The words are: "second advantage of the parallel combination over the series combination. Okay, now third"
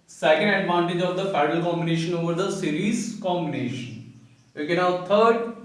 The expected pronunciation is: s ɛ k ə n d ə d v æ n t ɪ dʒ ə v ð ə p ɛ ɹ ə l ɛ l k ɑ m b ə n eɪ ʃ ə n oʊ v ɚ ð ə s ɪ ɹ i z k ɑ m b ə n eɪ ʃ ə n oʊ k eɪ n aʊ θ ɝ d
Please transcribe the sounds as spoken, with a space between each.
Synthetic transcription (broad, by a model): s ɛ k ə n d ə d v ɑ n t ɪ dʒ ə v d ə f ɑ ə n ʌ l k ɑ m b ə n eɪ ʃ ə n oʊ v ɚ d ə s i ɹ i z k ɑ m b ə n eɪ ʃ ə n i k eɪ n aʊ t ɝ d